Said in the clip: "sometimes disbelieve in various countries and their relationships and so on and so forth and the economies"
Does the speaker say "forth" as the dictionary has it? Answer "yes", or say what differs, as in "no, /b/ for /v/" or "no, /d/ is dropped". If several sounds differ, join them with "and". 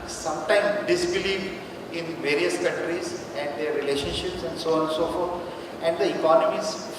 no, /t/ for /θ/